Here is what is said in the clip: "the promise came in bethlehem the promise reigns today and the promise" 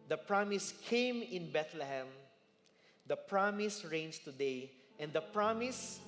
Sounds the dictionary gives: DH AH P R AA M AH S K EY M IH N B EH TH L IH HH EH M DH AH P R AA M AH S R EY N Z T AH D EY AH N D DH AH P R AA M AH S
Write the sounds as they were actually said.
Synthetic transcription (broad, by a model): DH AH P R AA M AH S K EY M IH N B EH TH L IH HH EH M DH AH P R AA M AH S R EY N S T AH D EY AH N D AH P R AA M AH S